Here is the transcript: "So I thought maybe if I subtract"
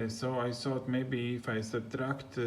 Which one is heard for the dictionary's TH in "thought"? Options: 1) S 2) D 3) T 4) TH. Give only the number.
1